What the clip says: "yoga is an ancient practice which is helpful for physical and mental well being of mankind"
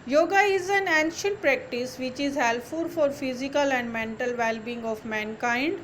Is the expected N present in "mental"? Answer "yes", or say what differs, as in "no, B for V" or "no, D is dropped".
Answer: yes